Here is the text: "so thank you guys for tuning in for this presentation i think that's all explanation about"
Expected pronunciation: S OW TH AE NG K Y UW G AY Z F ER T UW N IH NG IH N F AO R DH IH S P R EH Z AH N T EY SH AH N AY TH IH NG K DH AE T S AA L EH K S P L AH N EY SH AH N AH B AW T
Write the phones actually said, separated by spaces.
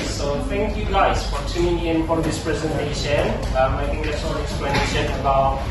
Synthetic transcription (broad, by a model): S OW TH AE NG K Y UW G AY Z F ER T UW IH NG IH N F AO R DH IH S P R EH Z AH N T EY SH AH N AY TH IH NG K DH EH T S AA L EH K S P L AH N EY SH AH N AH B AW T